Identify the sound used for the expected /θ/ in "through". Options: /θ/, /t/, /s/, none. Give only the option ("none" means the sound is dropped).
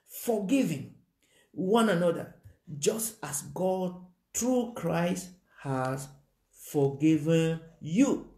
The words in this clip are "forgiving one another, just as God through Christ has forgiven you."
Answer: /t/